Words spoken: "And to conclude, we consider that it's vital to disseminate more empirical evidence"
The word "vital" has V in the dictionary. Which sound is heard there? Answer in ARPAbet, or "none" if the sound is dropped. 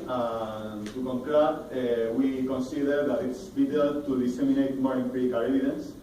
B